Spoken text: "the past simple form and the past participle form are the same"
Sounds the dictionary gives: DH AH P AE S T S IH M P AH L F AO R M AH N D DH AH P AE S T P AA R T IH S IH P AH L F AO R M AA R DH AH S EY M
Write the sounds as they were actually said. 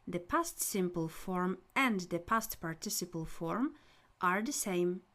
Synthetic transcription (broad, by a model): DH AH P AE S T S IH M P AH L F AO R M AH N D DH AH P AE S T P AA R T IH S IH P AH L F AO R M AA R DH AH S EY M